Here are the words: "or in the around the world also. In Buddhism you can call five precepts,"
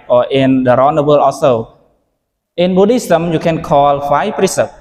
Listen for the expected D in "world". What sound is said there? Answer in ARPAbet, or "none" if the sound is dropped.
none